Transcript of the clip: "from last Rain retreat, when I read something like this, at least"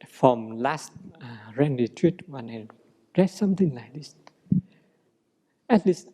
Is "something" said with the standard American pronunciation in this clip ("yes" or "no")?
no